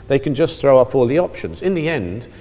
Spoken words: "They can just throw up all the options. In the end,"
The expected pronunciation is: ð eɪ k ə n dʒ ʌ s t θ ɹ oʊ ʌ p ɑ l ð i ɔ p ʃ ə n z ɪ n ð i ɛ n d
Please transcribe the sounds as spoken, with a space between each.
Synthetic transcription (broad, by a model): ð eɪ k ə n dʒ ʌ s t θ ɹ oʊ ʌ p ɑ l ð i ɔ p ʃ ə n z ɪ n ð i ɛ n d